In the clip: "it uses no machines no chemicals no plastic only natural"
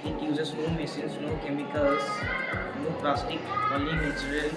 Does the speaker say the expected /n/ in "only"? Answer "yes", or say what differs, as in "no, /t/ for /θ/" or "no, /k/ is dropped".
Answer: no, /n/ is dropped